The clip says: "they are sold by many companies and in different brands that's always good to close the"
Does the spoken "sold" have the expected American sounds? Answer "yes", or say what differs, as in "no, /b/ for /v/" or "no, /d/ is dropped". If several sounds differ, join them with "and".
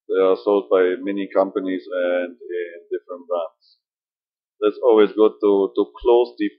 yes